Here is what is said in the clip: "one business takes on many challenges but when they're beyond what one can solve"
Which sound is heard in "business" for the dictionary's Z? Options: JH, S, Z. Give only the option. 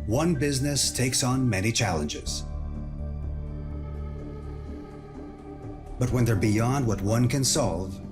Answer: Z